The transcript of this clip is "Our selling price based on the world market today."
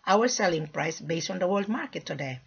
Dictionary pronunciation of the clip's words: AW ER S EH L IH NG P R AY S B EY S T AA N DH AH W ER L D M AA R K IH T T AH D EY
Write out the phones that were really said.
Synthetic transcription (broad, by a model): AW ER S EH L IH NG P R AY S B EY S T AA N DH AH W ER L D M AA R K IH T T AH D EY